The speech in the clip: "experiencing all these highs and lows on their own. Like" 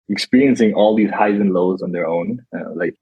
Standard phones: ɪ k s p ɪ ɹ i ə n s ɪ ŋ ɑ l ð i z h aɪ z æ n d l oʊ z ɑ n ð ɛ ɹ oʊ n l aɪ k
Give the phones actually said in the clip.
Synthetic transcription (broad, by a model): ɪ k s p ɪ ɹ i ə n s ɪ ŋ ɑ l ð i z h aɪ z n l oʊ z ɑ n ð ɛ ɹ oʊ n l aɪ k